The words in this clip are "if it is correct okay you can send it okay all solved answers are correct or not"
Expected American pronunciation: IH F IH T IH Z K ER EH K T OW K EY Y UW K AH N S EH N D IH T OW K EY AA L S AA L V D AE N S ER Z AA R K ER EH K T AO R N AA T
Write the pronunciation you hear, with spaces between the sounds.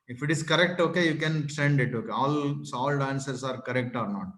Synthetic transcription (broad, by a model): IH F IH T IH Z K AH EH K T OW K EY Y UW K AH N S EH N D IH T OW K EY AA L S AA L D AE N S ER S AA R K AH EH K T AO R N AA T